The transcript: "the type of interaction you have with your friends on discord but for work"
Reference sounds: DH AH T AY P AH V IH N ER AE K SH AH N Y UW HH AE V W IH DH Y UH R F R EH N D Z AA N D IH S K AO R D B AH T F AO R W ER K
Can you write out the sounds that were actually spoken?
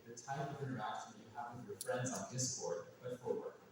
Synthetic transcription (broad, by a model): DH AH T AY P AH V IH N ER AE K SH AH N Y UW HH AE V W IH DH Y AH R F R EH N D Z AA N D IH S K AO R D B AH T F AO R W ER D